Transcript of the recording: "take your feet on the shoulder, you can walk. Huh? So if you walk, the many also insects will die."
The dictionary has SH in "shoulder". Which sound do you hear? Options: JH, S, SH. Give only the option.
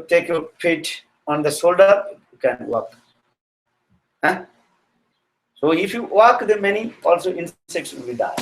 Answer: S